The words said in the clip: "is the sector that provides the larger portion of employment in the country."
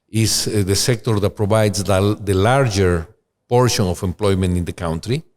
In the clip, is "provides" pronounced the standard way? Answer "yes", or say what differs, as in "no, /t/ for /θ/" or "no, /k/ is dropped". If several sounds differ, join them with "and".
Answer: no, /b/ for /v/